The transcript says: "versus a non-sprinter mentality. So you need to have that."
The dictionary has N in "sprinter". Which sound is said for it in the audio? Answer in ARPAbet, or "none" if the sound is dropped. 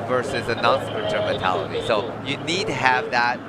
none